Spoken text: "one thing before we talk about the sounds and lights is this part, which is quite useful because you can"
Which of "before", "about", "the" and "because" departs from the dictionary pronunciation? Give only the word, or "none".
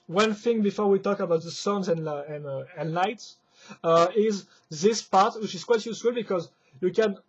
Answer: none